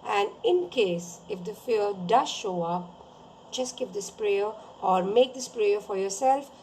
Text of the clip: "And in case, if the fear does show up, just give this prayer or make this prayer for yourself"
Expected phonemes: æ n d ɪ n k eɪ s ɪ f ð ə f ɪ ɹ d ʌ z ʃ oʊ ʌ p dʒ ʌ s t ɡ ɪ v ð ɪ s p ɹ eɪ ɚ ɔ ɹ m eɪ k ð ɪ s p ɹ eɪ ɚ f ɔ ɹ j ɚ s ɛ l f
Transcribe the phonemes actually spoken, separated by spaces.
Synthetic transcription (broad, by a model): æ n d ɪ n k eɪ s ɪ f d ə f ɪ l d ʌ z ʃ oʊ ʌ p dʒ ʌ s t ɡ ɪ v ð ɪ s p ɹ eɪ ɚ ɔ ɹ m eɪ k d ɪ s p ɹ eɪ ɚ f ɔ ɹ j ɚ s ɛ l f